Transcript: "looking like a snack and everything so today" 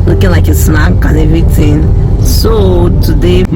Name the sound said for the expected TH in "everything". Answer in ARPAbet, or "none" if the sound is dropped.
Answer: T